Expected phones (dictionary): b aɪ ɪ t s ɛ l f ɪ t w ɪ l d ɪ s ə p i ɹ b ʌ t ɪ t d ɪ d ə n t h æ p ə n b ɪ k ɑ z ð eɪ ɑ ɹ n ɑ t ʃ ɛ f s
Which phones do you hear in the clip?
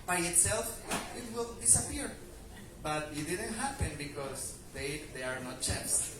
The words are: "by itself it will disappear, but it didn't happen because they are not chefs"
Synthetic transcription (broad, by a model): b aɪ ɪ t s ɛ l f ɪ t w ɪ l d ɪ s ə p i ɹ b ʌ t ɪ t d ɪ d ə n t h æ p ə n b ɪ k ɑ s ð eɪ ɑ ɹ n ɑ t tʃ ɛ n s